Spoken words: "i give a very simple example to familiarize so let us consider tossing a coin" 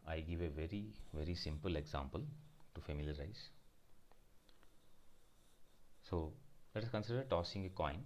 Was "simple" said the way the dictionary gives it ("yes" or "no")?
yes